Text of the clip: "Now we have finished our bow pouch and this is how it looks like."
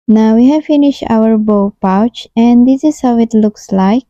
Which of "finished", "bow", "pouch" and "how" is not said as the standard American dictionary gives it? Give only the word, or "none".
none